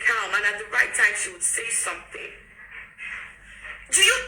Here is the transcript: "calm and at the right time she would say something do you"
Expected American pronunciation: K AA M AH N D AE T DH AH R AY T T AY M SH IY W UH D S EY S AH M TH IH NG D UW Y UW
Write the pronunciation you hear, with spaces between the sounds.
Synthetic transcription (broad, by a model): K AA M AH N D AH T DH AH R AY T T AY M SH IY W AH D S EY S AH M TH IH NG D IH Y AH